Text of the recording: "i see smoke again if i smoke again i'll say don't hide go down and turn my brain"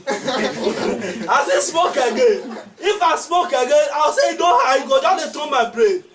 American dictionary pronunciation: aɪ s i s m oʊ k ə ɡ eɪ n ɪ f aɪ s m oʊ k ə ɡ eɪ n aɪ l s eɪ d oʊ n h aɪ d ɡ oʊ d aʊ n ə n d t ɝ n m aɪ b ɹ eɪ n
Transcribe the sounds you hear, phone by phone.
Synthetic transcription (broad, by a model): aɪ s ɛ s m oʊ k ə ɡ eɪ n ɪ f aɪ s m oʊ k ə ɡ eɪ n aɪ w s eɪ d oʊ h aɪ ɡ oʊ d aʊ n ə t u m aɪ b ɹ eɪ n